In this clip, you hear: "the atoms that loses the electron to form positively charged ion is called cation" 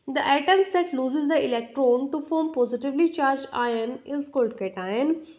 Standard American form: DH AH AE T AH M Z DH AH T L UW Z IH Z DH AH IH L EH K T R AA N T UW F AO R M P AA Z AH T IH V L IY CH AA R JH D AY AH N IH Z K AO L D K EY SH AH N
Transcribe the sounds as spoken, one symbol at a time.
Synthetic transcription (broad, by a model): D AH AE T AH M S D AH T L UW Z IH Z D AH IH L EH K T R AA N T UW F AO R M P AA Z AH T IH V L IY CH AA R JH AY AH N IH Z K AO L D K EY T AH N